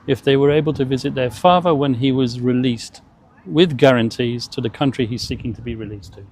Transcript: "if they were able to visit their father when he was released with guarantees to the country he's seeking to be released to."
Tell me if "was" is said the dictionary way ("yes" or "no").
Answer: yes